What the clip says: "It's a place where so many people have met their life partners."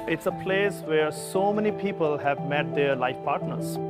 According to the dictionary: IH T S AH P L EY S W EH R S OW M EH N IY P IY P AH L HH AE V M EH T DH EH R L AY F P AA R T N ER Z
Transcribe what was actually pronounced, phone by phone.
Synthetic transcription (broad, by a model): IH T S AH P L EY S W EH R S OW M EH N IY P IY P AH L HH AE V M EH T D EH R L AY F P AA R T N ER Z